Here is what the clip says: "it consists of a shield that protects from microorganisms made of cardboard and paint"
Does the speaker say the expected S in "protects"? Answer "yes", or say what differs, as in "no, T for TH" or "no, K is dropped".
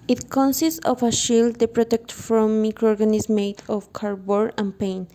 no, S is dropped